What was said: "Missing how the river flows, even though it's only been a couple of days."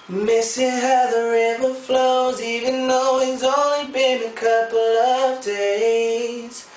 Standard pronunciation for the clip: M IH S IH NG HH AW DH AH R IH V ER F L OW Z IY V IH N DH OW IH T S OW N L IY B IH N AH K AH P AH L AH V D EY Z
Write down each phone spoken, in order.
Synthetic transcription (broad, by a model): M IH S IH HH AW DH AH R IH V ER F L OW Z IY V IH N DH OW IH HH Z OW N L IY B IH N AH K AH P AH L AH V D EY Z